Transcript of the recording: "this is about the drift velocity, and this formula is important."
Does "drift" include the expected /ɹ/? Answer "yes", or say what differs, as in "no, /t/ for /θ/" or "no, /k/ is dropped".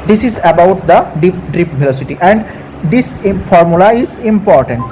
no, /ɹ/ is dropped